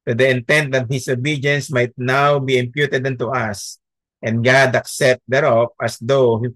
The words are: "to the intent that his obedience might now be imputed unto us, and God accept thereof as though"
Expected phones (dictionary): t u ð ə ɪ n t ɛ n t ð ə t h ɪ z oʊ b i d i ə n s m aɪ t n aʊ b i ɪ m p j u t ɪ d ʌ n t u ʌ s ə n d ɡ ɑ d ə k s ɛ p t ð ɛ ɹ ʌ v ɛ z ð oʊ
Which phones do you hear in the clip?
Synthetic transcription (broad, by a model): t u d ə ɪ n t ɛ n t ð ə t h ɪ s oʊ b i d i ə n s m aɪ t n aʊ b i ɪ m p j u t ɪ d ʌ n t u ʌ s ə n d ɡ ɑ d ə k s ɛ p t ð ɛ ɹ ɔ p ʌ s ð oʊ